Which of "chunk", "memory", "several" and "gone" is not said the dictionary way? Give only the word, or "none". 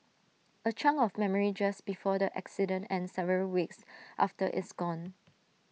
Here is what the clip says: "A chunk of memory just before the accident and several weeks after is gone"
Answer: chunk